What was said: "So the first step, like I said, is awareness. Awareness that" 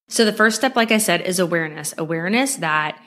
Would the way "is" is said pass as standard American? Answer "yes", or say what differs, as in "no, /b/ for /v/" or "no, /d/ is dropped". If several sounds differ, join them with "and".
yes